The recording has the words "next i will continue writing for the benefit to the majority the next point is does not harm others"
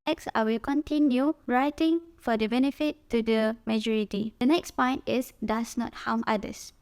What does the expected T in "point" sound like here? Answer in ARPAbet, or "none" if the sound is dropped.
T